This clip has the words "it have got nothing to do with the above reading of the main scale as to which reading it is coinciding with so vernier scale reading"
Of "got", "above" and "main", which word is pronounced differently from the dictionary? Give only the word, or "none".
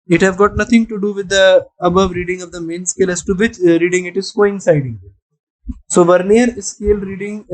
none